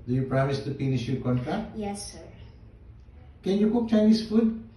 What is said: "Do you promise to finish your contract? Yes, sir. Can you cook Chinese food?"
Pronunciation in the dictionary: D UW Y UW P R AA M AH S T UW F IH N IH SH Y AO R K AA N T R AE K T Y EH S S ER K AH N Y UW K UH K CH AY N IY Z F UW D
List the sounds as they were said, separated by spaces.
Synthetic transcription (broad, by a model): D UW Y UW P R AA M AH S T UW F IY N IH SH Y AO K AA N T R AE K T Y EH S S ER K AH N Y UW K UH K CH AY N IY S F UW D